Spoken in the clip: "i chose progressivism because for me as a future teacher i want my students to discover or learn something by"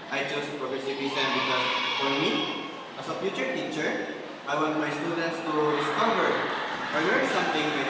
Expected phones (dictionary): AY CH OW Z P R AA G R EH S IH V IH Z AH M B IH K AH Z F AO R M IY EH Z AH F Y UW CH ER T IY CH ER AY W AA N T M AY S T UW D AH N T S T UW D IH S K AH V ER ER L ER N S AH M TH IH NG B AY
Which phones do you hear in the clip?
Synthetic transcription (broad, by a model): AY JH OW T P R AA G R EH S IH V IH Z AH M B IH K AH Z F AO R M IY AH S AH P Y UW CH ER T IY CH ER AY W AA N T M AY S T UW D AH N T S T UW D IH S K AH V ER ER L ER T S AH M T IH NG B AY